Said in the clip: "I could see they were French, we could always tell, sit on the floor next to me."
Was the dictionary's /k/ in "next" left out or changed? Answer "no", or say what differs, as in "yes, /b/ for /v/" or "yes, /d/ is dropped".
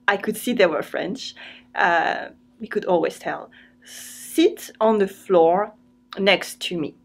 no